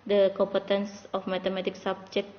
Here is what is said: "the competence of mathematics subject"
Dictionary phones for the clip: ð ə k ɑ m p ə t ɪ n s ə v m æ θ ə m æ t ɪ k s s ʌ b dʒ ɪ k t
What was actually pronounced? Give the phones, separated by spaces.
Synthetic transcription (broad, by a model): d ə k ɑ m p ə t ɪ n s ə f m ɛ t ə m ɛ t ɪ k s s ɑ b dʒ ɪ k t